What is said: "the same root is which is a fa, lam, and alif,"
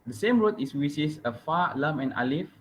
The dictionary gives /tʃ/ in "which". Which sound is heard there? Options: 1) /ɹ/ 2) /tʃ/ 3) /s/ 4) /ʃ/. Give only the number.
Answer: 3